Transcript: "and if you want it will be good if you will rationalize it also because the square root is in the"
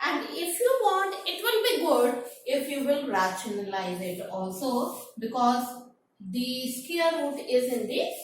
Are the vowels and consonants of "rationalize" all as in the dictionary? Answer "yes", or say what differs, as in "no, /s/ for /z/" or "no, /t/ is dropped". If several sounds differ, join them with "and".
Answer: yes